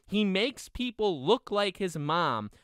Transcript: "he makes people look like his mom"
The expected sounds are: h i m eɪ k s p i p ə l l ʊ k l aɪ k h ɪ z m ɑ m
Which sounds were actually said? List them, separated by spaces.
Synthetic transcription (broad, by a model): h i m eɪ k s p i p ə l l ʊ k l aɪ k h ɪ z m ɑ m